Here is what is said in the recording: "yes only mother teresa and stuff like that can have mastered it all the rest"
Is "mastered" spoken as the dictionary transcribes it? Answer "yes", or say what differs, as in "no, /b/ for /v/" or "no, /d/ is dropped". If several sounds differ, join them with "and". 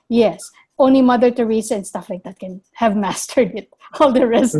yes